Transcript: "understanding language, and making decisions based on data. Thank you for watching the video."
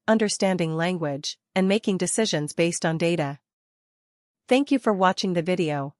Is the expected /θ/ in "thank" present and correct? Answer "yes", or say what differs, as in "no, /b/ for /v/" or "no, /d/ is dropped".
yes